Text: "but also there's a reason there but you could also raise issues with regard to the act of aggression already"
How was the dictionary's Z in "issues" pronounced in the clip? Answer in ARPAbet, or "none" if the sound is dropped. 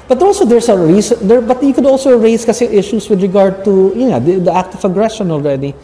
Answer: S